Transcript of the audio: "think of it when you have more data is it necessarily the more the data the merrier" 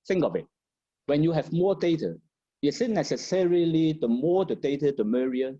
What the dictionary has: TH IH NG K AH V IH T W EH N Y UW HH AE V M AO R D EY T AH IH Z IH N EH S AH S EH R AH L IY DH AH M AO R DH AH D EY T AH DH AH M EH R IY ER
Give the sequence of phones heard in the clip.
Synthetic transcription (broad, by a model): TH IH NG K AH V IH T W EH N Y UW HH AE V M AO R D EY T AH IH S IH N EH S AH S EH R AH L IY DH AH M AO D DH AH D EY T AH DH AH M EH R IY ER